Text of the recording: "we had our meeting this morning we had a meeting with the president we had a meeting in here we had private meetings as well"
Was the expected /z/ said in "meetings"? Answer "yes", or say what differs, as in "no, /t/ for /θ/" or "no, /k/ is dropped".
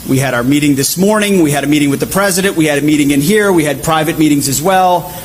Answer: yes